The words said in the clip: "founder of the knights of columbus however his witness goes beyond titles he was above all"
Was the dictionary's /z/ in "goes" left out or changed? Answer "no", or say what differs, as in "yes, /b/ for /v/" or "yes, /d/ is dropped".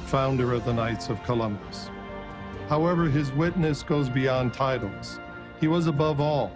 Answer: no